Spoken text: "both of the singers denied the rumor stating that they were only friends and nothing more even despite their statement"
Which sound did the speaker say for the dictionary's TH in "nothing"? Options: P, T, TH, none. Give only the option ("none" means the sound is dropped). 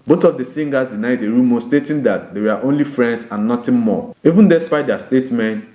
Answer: T